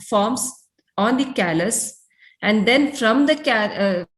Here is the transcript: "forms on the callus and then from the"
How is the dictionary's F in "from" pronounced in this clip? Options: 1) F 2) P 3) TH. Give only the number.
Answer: 1